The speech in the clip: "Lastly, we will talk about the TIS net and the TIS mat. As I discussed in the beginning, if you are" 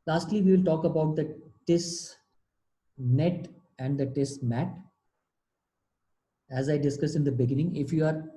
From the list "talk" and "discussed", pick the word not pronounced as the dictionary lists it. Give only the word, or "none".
discussed